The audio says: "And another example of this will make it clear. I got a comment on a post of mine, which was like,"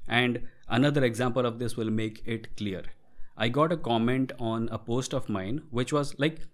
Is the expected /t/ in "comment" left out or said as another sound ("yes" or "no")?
no